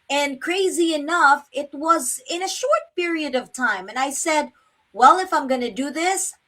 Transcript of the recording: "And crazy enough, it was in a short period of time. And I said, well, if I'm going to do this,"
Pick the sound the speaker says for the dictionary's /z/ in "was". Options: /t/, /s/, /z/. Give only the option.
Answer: /z/